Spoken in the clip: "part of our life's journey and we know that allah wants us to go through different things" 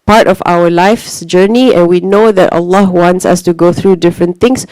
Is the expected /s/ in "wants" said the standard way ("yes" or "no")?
yes